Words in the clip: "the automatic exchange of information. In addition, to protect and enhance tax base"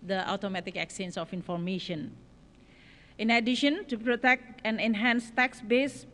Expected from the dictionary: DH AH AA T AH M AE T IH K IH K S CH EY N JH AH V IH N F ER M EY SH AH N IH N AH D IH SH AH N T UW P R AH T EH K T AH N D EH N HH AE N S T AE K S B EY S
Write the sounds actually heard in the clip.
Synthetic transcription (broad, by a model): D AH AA T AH M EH T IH K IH K S EY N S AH F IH N F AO M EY SH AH N IH N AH D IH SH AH N T UW P R AH T EH K T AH N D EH N HH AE N S T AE K S B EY S